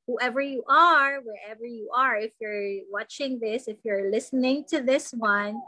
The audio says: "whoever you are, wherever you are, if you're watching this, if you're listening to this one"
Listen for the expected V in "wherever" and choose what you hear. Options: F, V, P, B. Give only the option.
V